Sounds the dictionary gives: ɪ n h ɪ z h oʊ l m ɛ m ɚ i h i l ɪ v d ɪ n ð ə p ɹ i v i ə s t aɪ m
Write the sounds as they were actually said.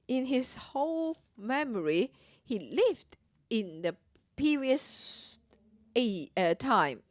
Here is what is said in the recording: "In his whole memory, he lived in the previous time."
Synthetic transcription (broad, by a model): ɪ n h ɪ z h oʊ l m ɛ m ɚ i h i l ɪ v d ɪ n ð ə p i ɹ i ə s t aɪ m